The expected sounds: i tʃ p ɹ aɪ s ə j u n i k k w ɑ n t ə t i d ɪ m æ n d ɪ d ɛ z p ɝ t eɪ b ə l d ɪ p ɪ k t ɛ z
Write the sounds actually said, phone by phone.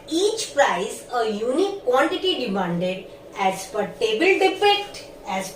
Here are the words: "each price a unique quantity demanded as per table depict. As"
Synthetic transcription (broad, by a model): i tʃ p ɹ aɪ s ə j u n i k k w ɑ n t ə t i d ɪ m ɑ n d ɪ d ɛ z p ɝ t eɪ b ə l d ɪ f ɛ k t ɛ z